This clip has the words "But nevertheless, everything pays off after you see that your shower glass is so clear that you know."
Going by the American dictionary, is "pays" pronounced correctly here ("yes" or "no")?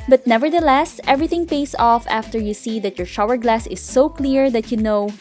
no